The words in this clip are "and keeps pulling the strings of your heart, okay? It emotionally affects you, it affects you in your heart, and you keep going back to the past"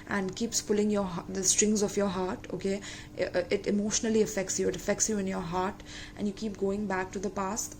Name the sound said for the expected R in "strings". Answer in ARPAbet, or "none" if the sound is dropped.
R